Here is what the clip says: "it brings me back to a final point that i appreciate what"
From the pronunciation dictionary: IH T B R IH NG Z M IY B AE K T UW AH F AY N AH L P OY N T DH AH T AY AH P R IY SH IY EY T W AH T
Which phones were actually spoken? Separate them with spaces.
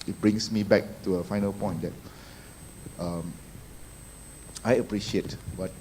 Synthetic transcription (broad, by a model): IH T B R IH NG S M IY B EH K T UW AH F AY N AH L P OY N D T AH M AY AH P R IY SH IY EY T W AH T